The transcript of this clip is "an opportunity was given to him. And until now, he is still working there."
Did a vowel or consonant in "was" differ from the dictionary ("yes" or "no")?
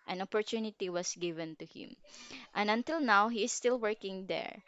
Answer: yes